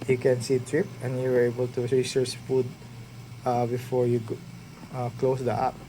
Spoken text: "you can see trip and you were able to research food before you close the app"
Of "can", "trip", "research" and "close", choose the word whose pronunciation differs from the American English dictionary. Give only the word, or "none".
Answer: research